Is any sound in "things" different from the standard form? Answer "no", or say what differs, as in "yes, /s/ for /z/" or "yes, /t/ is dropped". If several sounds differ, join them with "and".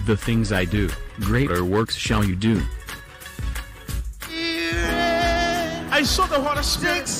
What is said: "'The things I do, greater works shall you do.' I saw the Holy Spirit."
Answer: no